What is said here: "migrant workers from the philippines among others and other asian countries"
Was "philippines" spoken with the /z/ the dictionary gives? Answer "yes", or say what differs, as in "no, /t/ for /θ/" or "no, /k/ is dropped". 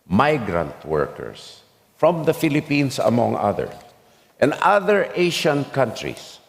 no, /s/ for /z/